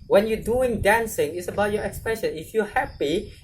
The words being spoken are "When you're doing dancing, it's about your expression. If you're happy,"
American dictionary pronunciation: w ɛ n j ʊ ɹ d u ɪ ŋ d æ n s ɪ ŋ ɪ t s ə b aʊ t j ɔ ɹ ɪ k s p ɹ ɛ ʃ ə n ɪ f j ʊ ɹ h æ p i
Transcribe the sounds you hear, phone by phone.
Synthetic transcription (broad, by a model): w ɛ n j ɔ d u ɪ ŋ d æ n s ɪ ŋ ɪ t s ə b aʊ t j ɔ ɹ ɪ k s p ɹ ɛ ʃ ə n ɪ f j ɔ h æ p i